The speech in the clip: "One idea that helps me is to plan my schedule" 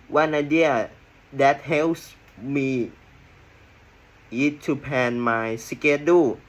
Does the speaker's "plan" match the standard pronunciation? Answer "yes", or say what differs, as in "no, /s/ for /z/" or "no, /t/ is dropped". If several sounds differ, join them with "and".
no, /l/ is dropped